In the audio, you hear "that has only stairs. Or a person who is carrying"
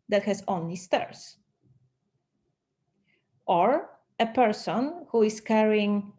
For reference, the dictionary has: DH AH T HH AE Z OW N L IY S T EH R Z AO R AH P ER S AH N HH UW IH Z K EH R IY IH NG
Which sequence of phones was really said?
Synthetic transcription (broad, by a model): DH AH T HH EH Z OW N L IY S T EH R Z AO R AH P ER S AH N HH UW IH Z K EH R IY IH NG